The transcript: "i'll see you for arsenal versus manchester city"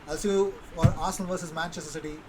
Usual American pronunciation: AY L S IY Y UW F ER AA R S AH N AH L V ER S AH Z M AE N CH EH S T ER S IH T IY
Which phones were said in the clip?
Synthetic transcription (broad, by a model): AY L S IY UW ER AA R AH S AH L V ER S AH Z M AE N CH EH S T ER S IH T IY